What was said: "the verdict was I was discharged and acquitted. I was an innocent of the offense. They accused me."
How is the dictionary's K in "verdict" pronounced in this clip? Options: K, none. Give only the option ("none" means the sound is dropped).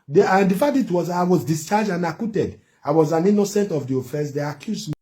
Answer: none